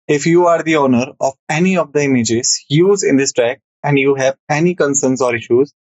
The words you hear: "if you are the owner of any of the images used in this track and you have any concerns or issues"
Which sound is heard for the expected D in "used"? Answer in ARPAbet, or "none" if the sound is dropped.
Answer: none